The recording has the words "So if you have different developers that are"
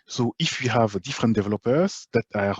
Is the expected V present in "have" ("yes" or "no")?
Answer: yes